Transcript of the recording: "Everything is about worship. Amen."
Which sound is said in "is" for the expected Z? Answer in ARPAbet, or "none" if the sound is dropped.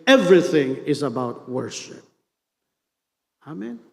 Z